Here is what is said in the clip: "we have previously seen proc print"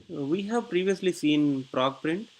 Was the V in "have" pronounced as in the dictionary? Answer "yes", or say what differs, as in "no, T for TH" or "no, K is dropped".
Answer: yes